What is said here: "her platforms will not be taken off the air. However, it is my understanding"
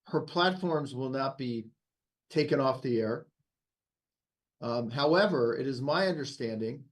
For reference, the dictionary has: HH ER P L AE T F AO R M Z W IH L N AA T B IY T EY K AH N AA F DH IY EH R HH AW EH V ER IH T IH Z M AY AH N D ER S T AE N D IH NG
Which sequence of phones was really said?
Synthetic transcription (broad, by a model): HH ER P L AE T F AO R M Z W IH L N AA T B IY T EY K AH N AA F DH IY EH R HH AW EH V ER IH T IH Z M AY AH N D ER S T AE N D IH NG